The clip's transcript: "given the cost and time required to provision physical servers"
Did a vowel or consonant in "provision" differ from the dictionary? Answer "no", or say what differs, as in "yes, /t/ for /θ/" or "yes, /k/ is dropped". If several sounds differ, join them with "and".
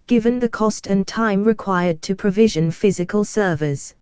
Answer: no